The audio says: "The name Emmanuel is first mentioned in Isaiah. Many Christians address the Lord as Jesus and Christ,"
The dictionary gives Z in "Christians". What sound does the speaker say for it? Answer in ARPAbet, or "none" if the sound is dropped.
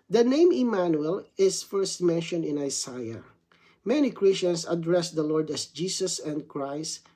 S